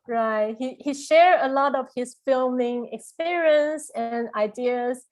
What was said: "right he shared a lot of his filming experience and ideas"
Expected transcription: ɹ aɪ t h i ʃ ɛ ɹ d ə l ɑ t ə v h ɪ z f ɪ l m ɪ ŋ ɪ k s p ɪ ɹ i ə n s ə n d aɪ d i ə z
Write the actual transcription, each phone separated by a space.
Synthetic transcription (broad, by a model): ɹ aɪ t h i ʃ ɛ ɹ ə l ɑ t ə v h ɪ s f ɪ l m ɪ ŋ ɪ k s p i ɹ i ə n s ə n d aɪ d i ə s